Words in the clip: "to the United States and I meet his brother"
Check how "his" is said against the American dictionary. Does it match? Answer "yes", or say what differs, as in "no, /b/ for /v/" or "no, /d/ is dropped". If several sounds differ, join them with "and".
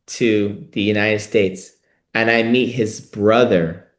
yes